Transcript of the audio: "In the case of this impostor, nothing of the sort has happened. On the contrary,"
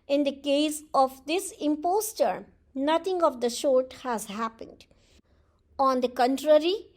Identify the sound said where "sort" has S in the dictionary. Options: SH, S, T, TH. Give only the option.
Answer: SH